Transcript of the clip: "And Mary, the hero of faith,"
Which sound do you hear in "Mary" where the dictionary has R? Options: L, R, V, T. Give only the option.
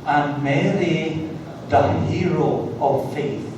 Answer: L